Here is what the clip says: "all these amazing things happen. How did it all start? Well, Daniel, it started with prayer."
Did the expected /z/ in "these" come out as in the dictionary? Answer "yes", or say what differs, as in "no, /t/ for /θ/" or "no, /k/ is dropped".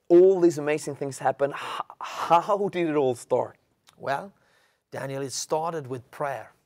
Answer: yes